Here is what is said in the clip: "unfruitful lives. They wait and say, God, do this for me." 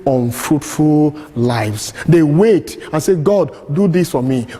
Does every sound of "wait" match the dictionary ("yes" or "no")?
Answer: yes